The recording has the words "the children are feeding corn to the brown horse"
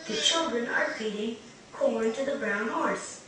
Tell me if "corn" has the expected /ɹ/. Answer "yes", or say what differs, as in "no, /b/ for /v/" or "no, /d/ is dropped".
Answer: no, /l/ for /ɹ/